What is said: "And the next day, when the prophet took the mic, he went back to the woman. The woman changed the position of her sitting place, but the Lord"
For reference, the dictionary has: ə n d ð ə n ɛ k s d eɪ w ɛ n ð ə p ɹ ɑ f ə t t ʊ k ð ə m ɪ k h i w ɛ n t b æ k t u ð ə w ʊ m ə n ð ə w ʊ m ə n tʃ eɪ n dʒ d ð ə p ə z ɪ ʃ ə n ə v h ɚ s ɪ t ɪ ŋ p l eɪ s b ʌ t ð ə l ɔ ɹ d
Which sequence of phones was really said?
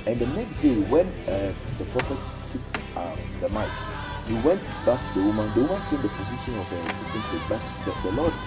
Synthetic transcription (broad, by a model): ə n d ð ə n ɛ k s d eɪ w ɛ n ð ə p ɹ ɑ f ə t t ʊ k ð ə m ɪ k h i w ɛ n t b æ k t u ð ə w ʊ m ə n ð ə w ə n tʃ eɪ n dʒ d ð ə p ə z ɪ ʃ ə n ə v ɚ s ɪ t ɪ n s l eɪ b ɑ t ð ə l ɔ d